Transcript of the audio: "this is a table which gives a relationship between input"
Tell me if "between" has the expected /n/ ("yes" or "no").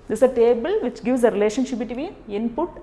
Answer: no